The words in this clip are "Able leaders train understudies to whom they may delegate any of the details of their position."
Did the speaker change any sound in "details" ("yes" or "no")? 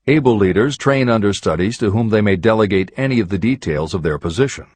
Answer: no